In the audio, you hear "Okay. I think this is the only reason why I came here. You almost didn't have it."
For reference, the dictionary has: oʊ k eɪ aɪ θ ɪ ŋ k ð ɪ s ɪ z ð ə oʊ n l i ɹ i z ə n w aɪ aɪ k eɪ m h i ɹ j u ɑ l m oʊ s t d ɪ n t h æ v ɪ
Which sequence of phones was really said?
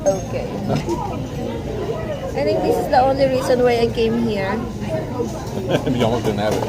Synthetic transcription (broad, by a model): oʊ k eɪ aɪ t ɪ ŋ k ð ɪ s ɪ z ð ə oʊ n l i ɹ i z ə n w aɪ aɪ k eɪ m h i ɹ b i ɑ m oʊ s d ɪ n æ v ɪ